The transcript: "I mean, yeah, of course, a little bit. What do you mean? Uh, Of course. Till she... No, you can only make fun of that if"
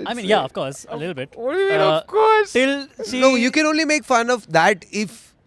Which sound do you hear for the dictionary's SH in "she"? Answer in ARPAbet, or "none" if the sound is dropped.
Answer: S